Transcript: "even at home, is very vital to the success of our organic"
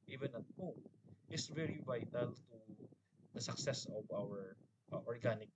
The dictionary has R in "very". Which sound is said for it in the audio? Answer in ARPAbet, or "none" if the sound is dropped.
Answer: R